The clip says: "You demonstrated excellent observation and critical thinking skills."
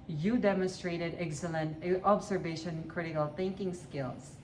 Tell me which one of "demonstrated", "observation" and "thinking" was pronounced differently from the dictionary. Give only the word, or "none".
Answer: observation